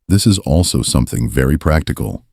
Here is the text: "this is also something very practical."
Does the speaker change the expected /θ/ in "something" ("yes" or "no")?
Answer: no